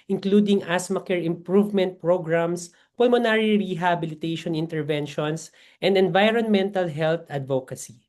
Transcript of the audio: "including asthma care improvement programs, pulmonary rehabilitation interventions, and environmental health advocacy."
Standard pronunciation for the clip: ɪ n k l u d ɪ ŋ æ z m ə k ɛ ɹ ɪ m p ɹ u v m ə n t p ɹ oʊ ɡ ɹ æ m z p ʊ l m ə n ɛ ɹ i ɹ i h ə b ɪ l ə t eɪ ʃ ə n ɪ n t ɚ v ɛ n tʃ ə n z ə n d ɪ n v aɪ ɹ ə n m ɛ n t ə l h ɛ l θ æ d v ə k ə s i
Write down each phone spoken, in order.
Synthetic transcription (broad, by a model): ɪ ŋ k l u d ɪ ŋ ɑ s m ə k ɛ ɹ ɪ m p ɹ u v m ə n t p ɹ oʊ ɡ ɹ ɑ m s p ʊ l m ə n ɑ ɹ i ɹ i h ə b ɪ l ə t eɪ ʃ ə n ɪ n t ɚ v ɛ n ʃ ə n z ə n d ɪ n v aɪ ɹ ə n m ɛ n t ə l h ɛ l t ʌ d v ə k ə s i